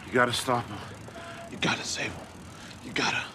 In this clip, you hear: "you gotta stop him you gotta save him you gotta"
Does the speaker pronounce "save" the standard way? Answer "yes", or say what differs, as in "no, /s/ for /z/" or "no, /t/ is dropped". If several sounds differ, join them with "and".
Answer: no, /v/ is dropped